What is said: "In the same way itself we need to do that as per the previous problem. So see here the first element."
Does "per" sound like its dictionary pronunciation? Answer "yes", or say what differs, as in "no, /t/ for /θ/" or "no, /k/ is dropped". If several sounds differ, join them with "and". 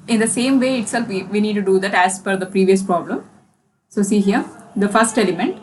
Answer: no, /f/ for /p/